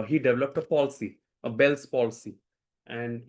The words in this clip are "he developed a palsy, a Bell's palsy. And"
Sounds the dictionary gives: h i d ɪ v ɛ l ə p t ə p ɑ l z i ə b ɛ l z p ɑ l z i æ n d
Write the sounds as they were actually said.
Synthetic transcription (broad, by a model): h i d ɪ v ɛ l ə p t ə p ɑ l s i ə b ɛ l s p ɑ l s i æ n d